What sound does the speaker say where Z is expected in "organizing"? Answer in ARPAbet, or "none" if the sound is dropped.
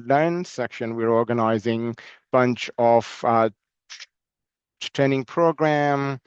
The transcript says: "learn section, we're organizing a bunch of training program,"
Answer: Z